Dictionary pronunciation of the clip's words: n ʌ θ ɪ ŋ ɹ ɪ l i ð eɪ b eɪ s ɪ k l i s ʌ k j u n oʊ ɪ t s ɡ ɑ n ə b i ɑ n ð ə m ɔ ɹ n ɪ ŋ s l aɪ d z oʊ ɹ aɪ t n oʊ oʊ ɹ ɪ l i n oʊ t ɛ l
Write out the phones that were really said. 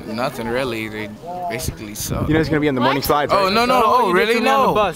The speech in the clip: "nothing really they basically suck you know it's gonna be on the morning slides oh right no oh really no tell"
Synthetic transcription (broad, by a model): n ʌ θ ɪ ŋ ɹ ɪ l i ð eɪ b eɪ s ɪ k l i s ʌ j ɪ n oʊ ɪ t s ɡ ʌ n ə b i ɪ n ð ə m ɔ ɹ n ɪ ŋ s l aɪ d oʊ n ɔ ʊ n oʊ oʊ ɹ ɪ l i n oʊ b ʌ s